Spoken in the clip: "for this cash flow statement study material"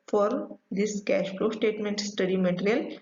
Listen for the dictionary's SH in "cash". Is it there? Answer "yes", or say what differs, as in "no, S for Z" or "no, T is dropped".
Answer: yes